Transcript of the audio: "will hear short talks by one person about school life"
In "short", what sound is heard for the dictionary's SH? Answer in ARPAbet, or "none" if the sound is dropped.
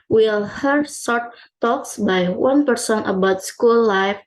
S